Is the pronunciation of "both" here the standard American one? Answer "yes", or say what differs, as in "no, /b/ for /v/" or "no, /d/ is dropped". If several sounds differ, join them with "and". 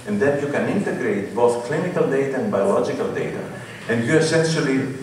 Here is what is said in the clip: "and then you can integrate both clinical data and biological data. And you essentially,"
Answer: yes